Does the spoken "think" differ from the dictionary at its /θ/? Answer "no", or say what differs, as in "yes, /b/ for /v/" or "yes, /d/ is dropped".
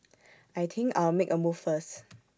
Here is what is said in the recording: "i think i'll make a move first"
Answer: yes, /t/ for /θ/